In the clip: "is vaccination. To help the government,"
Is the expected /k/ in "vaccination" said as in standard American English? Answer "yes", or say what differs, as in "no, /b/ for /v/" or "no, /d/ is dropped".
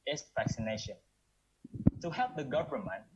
yes